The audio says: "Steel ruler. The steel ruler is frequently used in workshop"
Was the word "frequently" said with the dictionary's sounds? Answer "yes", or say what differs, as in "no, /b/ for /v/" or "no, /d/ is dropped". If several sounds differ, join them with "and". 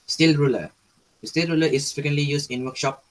no, /ɹ/ is dropped